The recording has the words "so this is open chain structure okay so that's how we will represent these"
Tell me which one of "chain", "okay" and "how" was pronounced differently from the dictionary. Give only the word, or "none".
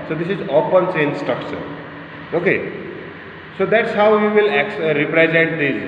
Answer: chain